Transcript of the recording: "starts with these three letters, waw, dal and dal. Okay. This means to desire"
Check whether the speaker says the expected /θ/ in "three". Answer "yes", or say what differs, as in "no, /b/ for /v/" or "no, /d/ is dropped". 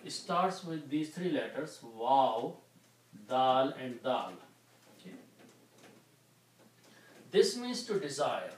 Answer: no, /t/ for /θ/